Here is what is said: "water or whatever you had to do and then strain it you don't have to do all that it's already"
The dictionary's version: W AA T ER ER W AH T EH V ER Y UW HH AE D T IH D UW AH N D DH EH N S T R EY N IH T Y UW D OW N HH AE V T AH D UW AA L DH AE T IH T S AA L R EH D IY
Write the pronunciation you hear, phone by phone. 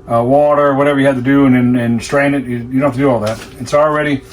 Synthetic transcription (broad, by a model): W AA T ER ER W AH T EH V ER Y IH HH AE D T IH D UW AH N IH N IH N S T R EY N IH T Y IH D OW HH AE F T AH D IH AA L DH AE T IH T S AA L R EH D IY